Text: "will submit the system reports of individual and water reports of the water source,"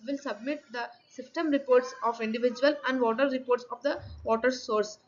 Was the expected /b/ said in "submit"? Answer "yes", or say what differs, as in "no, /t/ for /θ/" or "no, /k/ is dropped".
yes